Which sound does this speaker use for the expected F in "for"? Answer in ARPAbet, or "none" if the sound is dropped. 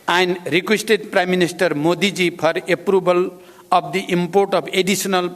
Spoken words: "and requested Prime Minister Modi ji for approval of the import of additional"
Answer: P